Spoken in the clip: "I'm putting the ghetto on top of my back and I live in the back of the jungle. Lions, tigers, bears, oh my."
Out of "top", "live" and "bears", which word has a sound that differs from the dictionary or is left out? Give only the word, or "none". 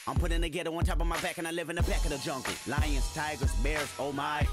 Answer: none